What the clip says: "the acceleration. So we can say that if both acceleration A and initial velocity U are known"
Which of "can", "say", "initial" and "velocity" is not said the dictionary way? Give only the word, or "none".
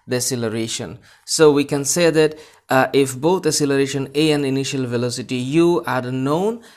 none